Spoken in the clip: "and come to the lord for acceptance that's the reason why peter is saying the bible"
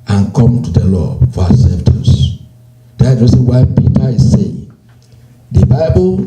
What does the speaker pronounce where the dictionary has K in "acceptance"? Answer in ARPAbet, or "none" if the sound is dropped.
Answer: none